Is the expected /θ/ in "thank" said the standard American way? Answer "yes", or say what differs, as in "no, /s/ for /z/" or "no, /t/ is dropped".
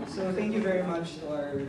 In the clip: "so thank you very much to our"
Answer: yes